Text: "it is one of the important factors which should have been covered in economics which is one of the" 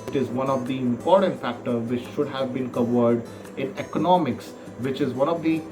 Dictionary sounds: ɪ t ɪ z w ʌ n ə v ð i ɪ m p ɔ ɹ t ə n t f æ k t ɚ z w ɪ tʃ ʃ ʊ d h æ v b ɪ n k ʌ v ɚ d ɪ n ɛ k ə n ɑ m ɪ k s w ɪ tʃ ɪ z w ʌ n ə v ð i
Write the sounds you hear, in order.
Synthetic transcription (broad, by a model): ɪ t ɪ z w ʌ n ə v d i ɪ m p ɔ ɹ t ə n t f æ k t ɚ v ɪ tʃ ʃ ʊ d h æ v b ɪ n k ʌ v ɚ d ɪ n ɛ k ə n ɑ m ɪ k s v ɪ tʃ ɪ z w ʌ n ə v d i